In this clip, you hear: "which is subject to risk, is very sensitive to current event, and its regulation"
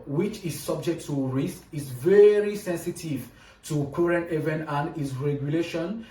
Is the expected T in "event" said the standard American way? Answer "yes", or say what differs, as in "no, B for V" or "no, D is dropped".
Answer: no, T is dropped